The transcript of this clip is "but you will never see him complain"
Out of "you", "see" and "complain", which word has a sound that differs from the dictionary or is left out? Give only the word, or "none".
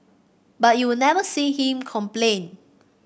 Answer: none